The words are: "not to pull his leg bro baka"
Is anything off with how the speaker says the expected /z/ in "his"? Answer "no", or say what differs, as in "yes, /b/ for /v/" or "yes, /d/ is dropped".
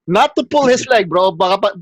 yes, /s/ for /z/